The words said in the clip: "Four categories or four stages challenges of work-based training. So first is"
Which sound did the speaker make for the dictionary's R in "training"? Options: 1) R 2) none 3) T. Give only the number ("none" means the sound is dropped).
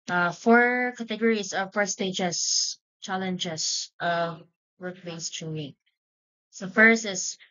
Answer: 2